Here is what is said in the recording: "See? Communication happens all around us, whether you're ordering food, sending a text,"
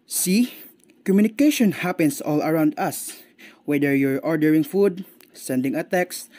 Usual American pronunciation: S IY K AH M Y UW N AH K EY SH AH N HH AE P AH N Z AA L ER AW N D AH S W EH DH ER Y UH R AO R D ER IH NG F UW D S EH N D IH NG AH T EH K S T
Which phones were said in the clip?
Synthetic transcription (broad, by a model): S IY K AH M Y UW N AH K EY SH AH N HH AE P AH N S AA L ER AW N D AH S W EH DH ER Y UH R AO R D ER IH NG F UW D S EH N D IH NG AH T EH K S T